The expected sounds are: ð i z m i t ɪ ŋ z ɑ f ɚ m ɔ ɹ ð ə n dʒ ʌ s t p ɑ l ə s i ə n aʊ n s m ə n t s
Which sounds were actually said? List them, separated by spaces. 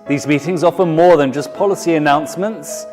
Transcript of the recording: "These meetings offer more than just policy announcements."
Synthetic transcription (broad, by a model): ð i z m i t ɪ ŋ z ɑ f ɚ m ɔ ð ə n dʒ ʌ s p ɑ l ə s i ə n aʊ n s m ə n t s